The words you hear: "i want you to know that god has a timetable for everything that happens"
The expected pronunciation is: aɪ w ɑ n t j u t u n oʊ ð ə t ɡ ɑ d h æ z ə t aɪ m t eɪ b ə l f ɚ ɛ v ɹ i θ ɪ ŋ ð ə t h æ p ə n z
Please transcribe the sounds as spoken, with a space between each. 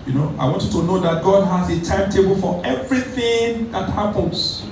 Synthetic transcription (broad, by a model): aɪ w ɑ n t j u t u n oʊ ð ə t ɡ ɑ d h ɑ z ə t aɪ m t eɪ b ə l f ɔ ɛ v ɹ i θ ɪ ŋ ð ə t h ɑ p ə n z